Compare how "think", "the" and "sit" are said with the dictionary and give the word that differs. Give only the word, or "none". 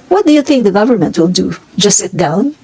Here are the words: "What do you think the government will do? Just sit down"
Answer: none